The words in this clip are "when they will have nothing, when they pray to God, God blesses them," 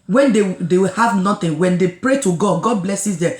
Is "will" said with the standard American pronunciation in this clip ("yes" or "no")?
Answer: no